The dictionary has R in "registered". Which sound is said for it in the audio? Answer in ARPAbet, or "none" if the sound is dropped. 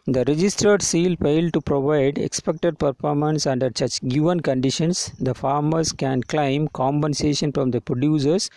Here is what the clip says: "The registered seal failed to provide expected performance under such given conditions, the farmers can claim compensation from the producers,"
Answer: R